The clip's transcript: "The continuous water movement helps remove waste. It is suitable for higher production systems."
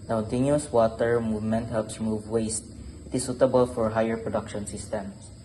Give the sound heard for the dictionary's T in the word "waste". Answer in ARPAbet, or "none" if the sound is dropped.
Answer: T